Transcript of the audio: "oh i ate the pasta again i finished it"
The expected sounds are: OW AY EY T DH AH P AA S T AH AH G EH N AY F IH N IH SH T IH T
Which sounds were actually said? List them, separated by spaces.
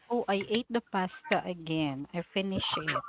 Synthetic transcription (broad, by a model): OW AY EY T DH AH P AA S T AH AH G EH N AY F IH N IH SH IH T